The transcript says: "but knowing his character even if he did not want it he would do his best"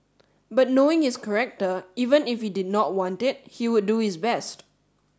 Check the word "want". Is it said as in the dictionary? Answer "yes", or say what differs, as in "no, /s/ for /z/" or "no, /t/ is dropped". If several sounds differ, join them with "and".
yes